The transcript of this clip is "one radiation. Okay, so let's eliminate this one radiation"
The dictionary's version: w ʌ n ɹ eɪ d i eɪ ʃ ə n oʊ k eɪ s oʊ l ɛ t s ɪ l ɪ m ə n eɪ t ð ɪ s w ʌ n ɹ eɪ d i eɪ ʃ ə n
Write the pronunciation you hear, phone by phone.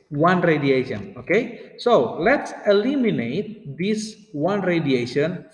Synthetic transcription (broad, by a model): w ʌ n ɹ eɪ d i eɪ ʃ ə n oʊ k eɪ s oʊ l ɛ t s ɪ l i m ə n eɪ t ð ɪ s w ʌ n ɹ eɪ d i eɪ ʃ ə n